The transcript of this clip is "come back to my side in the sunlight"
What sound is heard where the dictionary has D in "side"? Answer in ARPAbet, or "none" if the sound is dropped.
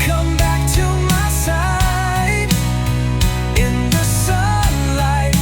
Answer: none